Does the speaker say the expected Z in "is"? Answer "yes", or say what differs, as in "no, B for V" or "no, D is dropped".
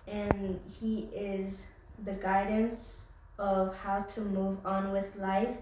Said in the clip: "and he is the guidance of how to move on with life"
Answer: yes